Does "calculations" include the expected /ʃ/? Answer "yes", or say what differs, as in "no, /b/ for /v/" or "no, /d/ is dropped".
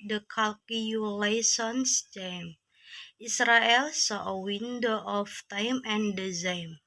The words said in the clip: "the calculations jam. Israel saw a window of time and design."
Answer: no, /s/ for /ʃ/